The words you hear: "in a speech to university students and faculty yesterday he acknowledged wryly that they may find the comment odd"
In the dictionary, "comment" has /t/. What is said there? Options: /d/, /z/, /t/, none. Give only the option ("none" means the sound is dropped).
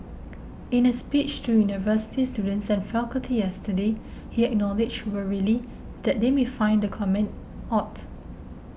/t/